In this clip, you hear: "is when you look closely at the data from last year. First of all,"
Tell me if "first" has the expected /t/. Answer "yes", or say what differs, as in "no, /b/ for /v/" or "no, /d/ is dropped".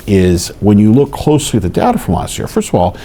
yes